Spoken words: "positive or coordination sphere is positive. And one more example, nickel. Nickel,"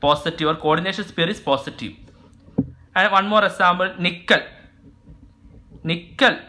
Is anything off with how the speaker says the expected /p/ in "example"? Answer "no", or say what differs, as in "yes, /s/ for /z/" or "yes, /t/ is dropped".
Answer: yes, /b/ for /p/